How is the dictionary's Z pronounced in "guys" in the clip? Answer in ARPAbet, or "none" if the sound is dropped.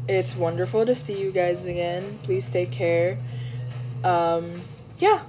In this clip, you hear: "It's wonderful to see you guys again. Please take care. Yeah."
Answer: Z